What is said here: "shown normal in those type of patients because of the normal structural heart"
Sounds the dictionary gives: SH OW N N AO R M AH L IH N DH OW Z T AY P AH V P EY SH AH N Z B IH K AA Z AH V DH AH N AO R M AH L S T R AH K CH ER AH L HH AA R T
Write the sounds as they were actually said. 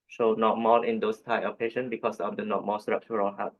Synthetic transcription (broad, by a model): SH OW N N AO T M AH L IH N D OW S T AY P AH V P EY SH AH N B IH K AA S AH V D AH N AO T M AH S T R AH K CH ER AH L HH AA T